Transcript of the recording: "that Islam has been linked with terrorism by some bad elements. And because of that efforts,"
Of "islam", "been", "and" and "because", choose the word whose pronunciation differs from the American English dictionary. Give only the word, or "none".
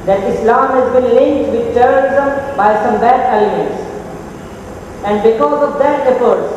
none